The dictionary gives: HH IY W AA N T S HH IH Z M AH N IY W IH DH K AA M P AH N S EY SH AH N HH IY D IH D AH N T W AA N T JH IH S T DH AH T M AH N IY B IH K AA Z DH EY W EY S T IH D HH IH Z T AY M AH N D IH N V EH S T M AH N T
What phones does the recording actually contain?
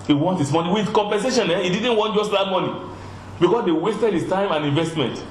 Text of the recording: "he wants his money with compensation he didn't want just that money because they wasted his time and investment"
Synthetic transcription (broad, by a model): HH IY W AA N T HH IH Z M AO N IY W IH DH K AA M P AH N S EY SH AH N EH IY D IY D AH N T W AA N T JH IH S T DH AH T M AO N IY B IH K AA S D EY W EY S T IH D HH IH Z T AY M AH N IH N V EH S T M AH N T